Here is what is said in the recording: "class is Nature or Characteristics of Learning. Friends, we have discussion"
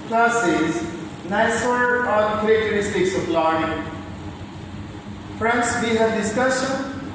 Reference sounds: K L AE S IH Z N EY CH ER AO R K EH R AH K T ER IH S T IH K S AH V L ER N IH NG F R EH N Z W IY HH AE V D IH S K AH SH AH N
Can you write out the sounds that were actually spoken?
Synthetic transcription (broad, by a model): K L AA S IH Z N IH S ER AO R K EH R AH K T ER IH S T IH K S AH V L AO IH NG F R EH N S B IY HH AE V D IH S K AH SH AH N